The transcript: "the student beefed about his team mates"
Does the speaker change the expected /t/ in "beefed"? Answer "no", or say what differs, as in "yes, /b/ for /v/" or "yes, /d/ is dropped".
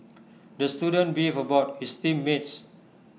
yes, /t/ is dropped